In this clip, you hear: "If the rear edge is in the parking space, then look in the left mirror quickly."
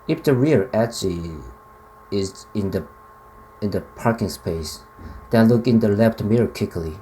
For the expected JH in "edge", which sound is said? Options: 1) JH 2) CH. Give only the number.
2